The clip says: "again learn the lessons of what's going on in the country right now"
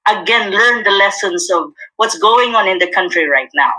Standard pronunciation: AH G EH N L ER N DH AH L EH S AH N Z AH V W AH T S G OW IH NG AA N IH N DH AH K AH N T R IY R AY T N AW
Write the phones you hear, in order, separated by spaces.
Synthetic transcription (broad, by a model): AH G EH N L ER N DH AH L EH S AH N Z AH V W AH T S G OW IH NG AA N IH N DH AH K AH N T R IY R AY T N AW